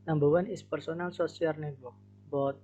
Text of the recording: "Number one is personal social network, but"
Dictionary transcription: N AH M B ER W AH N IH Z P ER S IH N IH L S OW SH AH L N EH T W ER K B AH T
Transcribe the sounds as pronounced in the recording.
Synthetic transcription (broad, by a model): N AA M B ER W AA N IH S P ER S IH N IH L S OW S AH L N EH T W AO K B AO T